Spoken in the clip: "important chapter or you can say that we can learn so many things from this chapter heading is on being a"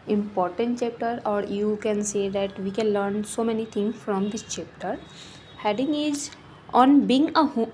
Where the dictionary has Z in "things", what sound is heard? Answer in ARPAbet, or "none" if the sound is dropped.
none